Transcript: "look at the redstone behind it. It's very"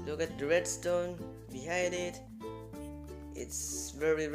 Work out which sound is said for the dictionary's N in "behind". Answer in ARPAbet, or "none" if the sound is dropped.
none